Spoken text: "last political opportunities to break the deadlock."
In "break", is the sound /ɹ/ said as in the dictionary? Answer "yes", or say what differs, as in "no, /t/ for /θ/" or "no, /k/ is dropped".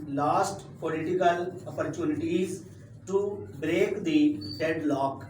yes